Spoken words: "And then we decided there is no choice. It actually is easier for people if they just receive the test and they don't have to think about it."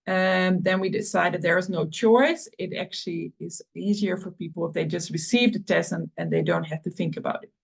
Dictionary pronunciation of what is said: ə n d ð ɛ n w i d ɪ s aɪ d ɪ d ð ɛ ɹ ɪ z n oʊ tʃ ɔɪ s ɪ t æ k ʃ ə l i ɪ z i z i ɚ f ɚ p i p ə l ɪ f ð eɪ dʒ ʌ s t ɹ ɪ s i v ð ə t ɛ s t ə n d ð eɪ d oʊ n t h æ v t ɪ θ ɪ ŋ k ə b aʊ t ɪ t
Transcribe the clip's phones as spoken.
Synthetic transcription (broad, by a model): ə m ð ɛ n w i d ɪ s aɪ d ɪ d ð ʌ ɹ ɪ z n oʊ tʃ ɔɪ s ɪ t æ k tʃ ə l i ɪ z i z i ɚ f ɚ p i p l ɪ f ð eɪ dʒ ʌ s t ɹ ɪ s i v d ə t ɛ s ə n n ð eɪ d oʊ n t h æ f t ɪ θ ɪ ŋ k ə b aʊ t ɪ t